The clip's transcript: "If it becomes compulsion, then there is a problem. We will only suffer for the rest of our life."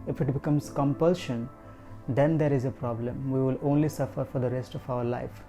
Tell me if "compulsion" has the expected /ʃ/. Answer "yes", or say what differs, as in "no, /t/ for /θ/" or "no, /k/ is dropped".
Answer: yes